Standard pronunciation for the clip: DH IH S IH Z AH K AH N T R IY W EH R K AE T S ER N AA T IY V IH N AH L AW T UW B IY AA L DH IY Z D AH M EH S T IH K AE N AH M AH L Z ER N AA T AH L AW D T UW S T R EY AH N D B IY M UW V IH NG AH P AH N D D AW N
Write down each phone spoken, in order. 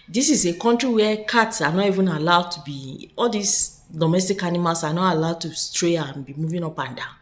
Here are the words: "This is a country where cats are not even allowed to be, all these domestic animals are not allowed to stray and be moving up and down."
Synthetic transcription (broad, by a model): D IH S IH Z AH K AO N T R IY W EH K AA T S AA N AA T IY V IH N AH L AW T UW B IY AA L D IY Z D AH M EH S T IH K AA N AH M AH L S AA N AA T AH L AW D T UW S T R EY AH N B IY M UW V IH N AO P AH N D D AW